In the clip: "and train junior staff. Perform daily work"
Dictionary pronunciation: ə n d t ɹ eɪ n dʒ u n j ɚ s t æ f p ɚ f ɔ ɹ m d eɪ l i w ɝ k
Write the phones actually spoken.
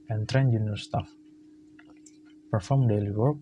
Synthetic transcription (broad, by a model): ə n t ɹ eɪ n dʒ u n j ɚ s t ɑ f p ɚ f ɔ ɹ m d eɪ l i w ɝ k